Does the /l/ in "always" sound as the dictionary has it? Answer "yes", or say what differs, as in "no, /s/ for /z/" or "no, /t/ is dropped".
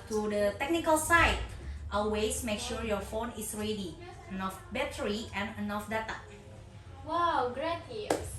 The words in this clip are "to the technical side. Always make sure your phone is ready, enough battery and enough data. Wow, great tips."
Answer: no, /l/ is dropped